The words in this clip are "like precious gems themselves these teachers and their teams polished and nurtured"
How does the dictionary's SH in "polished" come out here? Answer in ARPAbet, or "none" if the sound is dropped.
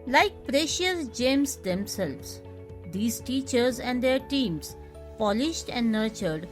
SH